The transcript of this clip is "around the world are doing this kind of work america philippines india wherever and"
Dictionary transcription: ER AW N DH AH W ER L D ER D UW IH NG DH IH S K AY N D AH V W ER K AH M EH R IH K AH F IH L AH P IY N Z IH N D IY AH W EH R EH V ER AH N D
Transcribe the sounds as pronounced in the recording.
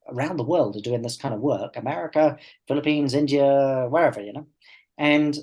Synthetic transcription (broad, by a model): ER AW N DH AH W ER L D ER D UW IH NG DH IH S K AY N D AH V W ER K AH M EH R IH K AH F IH L AH P IY N Z IH N D IY AH W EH R EH V ER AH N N